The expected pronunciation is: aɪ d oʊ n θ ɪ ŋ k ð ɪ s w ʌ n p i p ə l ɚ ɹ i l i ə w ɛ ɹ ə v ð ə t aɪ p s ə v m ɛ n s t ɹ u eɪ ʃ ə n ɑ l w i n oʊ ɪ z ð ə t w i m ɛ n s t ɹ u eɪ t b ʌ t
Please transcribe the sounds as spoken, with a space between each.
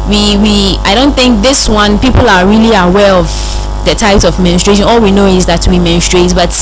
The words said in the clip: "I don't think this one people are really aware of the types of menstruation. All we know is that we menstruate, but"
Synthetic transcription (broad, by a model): aɪ d oʊ n θ ɪ ŋ k ð ɪ s w ʌ n p i p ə l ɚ ɹ i l i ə w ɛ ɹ ə v ð ə t aɪ p s ə v m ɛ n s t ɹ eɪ ʃ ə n ɑ l w i n oʊ ɪ z ð ə t w i m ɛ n s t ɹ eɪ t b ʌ t